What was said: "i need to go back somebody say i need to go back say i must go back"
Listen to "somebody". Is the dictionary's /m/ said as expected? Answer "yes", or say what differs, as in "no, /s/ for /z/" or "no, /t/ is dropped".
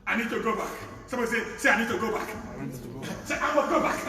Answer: no, /m/ is dropped